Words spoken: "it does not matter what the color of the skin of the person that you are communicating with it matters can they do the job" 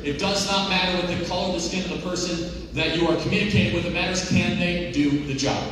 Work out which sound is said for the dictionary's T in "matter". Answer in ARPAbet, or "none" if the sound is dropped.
T